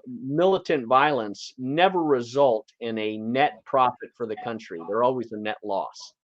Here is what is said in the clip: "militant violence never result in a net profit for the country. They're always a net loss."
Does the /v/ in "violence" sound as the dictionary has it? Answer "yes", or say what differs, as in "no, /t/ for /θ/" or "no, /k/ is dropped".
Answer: yes